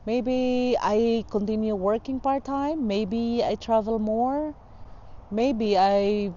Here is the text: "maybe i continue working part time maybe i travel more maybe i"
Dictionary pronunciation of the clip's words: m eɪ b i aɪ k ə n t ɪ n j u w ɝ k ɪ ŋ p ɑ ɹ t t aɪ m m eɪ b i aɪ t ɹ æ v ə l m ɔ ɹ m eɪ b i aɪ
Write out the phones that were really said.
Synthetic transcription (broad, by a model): m eɪ b i aɪ k ə n t ɪ n j u w ɝ k ɪ ŋ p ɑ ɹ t t aɪ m m eɪ b i aɪ t ɹ æ v ə l m ɔ ɹ m eɪ b i aɪ